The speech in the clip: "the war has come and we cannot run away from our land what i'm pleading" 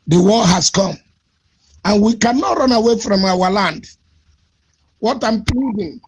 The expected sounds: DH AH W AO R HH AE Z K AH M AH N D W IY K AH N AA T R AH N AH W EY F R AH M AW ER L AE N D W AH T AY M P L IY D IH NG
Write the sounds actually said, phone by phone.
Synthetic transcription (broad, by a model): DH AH W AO L HH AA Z K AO M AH N W IY K AH N AA T R AH N AH W EY F R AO M AW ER L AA N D W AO T AY M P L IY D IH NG